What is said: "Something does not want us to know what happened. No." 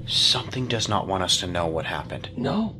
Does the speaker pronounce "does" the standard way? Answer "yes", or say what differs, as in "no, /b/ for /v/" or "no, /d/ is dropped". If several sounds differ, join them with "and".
yes